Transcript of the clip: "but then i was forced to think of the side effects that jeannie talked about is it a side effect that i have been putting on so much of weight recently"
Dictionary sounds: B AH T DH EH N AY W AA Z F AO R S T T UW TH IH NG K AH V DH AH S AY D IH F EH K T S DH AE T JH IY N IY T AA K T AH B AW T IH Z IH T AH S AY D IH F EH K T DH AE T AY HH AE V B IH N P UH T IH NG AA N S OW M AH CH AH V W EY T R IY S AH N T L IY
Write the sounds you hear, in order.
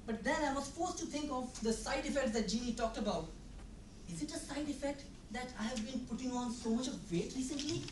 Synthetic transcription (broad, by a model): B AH T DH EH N AY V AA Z F AO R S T T UW T IH NG K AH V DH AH S AY D IH F EH K T S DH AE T JH IY N IY T AA K T AH B AW T IH Z IH T AH S AY D IH F EH K T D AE T AY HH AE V B IH N P UH T IH NG AA N S OW M AH CH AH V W EY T R IY S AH N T L IY